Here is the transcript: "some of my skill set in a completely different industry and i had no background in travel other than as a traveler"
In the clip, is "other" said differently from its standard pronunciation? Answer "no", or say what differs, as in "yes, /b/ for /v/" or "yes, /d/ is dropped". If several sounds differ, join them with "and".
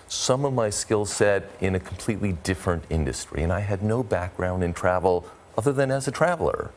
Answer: no